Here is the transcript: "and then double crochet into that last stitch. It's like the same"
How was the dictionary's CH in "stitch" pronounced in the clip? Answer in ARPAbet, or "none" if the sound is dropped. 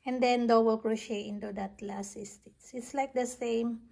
S